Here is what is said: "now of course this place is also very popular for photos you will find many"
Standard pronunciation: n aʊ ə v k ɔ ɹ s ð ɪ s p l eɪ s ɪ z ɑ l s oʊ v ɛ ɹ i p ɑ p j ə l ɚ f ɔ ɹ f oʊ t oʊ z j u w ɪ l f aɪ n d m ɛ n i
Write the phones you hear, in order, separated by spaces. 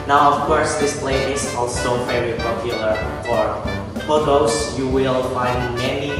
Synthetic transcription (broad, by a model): n aʊ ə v k ɔ ɹ s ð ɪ s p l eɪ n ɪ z ɑ l s oʊ v ɛ ɹ i p ɑ p j ə l ɚ f ɔ ɹ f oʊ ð oʊ s j u w ɪ l f aɪ n d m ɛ n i